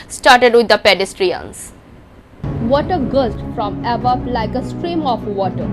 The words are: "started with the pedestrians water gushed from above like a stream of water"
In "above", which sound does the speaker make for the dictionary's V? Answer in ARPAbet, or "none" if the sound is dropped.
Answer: P